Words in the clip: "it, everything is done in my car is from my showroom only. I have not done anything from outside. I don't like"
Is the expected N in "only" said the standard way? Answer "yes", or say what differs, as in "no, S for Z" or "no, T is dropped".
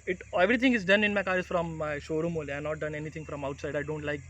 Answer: no, N is dropped